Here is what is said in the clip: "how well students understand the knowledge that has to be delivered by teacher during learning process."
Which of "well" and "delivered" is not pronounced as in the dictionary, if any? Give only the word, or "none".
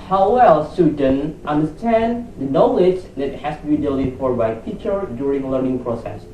delivered